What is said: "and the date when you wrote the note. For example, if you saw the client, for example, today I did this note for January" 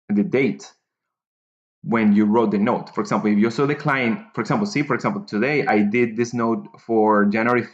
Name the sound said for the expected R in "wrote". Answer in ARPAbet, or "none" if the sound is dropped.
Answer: R